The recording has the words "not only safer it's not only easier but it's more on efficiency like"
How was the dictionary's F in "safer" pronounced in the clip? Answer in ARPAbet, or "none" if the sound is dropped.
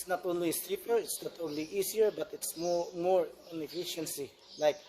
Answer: P